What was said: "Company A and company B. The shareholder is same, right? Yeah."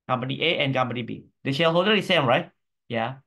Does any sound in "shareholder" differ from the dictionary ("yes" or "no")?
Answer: yes